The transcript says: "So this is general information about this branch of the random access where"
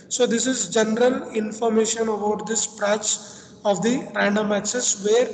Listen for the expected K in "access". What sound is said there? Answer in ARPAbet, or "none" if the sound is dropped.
none